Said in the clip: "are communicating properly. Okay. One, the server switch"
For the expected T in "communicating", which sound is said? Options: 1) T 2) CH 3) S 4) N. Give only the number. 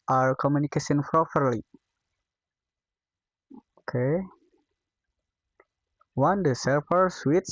3